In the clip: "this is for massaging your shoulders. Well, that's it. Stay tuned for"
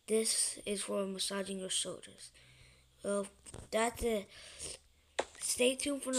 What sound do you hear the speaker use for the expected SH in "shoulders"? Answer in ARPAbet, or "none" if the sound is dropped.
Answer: S